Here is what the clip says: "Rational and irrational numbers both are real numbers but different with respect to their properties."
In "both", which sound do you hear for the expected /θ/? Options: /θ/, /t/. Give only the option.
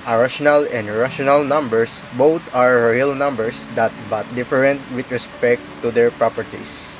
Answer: /t/